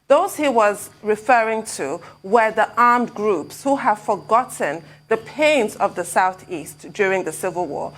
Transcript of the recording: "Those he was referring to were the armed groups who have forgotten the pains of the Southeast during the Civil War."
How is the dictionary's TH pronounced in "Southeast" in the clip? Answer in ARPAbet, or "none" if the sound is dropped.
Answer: TH